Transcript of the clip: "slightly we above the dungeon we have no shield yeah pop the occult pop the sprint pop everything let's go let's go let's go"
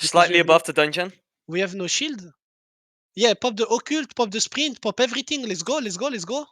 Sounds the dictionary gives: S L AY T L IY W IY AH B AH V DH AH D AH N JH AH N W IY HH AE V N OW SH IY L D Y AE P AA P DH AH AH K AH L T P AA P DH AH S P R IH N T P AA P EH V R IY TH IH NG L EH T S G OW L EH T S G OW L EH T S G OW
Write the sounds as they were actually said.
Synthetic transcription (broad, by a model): S L AY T L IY IY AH B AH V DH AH D AH N JH AH N W IY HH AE V N OW SH IY L D Y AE P AA P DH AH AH K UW L T P AA P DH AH S P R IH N T P AA P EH V R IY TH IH NG L EH T S G OW L EH T S G OW L EH T S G OW